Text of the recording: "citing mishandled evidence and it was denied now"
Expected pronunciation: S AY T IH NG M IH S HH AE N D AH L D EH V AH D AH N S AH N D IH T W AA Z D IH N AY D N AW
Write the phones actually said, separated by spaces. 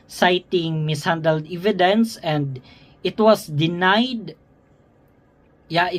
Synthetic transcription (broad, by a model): S AY T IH NG M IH S HH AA N D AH L D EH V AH D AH N S AH N D IH T W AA S D IH N AY D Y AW